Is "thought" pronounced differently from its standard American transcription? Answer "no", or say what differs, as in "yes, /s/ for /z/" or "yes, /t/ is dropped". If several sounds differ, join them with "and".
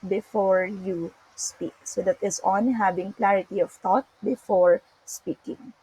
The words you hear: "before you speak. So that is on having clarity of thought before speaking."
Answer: yes, /t/ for /θ/